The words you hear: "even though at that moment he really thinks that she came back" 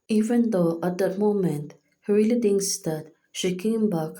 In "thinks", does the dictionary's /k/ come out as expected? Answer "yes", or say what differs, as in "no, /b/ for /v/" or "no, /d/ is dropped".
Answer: no, /k/ is dropped